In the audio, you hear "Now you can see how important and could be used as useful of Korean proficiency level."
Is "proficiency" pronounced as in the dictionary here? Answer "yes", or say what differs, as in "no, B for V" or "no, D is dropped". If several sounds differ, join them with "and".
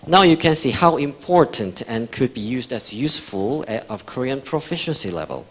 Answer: yes